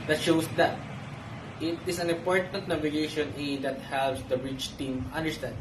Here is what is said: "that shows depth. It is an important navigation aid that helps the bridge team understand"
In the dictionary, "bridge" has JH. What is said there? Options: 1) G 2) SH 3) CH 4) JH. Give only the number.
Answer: 3